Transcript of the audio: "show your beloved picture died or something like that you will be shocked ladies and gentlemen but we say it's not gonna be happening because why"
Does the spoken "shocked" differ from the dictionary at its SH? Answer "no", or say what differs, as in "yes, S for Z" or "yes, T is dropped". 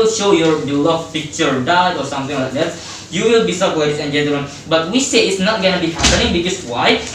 yes, S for SH